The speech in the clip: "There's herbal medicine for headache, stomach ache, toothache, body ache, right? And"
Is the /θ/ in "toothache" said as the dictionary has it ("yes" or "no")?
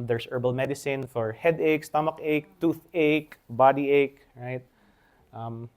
yes